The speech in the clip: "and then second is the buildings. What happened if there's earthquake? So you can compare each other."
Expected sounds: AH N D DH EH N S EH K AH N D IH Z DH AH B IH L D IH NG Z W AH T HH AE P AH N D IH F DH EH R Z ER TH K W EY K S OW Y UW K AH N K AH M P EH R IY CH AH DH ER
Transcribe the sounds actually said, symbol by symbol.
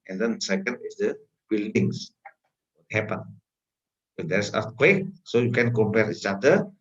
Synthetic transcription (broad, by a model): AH N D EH N S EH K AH N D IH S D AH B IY L D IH NG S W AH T HH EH P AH N IH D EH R S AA T K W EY K S OW Y UW K AH N K AH M P EH R IY CH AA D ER